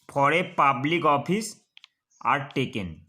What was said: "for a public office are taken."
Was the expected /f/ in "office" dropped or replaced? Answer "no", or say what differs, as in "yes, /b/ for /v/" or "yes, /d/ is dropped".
yes, /p/ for /f/